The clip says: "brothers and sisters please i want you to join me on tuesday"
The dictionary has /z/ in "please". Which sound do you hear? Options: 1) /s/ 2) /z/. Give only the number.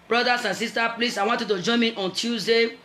1